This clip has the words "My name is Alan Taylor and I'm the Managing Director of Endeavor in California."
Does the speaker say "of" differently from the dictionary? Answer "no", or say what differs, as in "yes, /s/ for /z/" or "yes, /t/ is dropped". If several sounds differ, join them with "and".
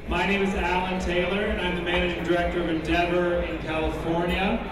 no